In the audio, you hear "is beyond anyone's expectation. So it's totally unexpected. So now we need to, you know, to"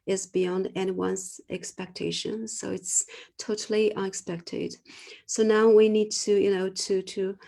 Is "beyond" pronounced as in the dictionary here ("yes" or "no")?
yes